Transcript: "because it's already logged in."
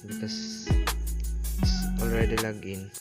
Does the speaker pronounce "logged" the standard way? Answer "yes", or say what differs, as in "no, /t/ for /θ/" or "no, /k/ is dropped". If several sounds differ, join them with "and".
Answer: no, /d/ is dropped